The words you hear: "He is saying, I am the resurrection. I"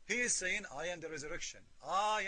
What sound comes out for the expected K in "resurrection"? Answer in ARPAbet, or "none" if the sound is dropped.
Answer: K